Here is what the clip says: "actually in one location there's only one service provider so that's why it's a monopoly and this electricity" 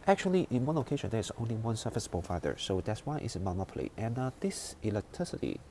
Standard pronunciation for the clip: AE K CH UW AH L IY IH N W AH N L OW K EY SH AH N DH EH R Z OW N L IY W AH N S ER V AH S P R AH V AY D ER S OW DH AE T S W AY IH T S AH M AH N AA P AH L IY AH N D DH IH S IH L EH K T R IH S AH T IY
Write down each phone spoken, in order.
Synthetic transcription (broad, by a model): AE K CH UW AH L IY IH N W AH N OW K EY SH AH N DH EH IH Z OW N L IY W AH N S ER F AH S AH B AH F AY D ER S OW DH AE T S W AY IH T S AH M AH N AA P AH L IY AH N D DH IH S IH L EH K T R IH S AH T IY